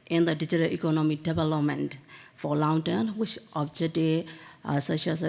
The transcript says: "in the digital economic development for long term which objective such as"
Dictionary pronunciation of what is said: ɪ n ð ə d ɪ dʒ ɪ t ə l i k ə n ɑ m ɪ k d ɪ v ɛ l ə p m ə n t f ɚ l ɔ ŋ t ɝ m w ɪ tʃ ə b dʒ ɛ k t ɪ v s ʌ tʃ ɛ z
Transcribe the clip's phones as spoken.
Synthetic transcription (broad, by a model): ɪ n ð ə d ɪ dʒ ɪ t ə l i k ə n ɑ m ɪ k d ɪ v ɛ l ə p m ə n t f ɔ l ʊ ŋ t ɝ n w ɪ tʃ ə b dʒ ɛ t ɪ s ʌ ʃ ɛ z